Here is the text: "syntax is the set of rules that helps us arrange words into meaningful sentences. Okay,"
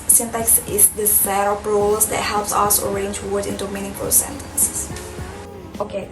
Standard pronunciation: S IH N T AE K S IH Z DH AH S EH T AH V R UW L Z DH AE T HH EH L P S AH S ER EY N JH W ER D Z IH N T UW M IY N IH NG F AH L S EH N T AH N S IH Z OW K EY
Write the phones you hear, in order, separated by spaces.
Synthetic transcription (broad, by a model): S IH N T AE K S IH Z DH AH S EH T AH B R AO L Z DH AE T HH EH L P S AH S ER EY N JH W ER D IH N T UW M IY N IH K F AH S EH N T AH N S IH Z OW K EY